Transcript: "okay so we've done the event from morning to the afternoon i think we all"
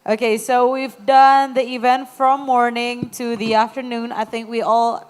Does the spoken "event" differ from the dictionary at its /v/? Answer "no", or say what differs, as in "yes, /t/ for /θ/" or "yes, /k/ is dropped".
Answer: no